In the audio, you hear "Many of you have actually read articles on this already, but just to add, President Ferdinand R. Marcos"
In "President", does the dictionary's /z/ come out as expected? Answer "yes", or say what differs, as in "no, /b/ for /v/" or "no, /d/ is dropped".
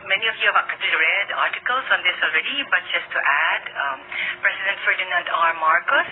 no, /s/ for /z/